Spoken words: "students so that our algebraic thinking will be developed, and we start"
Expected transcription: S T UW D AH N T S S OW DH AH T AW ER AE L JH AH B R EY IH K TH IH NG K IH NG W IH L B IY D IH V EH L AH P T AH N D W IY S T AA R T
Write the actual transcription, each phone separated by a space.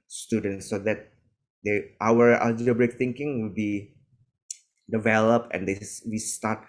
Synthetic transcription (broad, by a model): S T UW D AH N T S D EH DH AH T AW ER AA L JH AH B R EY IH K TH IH NG K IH NG W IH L B IY D IH V EH L AH P T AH N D W IY S T AA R T